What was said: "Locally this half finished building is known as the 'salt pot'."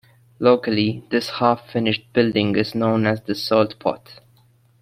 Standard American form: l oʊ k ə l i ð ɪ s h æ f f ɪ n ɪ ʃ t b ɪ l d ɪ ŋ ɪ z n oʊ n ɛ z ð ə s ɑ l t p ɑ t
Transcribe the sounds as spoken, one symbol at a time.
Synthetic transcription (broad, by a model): l oʊ k ə l i ð ɪ s h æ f f ɪ n ɪ ʃ t b ɪ l d ɪ ŋ ɪ z n oʊ n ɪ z ð ə s ɑ l t p ɑ t